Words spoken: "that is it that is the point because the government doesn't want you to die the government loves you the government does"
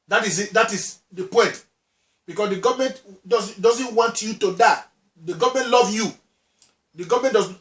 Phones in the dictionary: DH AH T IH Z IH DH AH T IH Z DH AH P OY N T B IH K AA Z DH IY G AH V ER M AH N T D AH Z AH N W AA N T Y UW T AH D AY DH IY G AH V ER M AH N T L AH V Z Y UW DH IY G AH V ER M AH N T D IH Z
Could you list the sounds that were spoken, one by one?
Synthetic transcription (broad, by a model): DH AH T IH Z IH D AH T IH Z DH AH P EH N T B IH K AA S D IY G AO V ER M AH N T D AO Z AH N W AA N T Y UW T AH D AY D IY G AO V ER M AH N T L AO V Y UW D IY G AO V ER M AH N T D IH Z